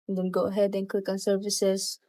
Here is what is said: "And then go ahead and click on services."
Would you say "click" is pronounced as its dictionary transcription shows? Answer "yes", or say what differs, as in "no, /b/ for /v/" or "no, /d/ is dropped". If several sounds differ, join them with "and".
yes